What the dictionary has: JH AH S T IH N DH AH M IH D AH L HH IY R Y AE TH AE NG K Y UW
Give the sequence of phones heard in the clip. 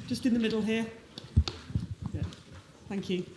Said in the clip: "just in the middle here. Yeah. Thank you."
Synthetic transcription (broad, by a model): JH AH S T IH N DH AH M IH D L HH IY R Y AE TH AE NG K Y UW